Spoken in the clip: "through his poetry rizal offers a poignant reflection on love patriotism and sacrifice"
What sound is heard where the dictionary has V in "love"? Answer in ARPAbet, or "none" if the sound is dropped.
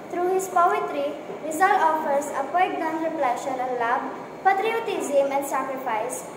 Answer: B